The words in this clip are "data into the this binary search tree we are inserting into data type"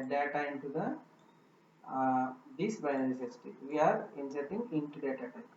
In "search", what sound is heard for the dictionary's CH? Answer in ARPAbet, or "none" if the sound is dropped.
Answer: S